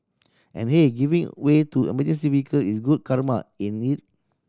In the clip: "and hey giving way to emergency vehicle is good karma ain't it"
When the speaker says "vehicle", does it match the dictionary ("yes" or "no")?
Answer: no